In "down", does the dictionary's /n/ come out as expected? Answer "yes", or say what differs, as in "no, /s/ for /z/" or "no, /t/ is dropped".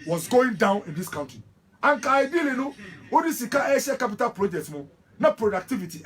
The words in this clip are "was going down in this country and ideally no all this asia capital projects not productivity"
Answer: yes